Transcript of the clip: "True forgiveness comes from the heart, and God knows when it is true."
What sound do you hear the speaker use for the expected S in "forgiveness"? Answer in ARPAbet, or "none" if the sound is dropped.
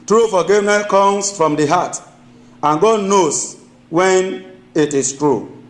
none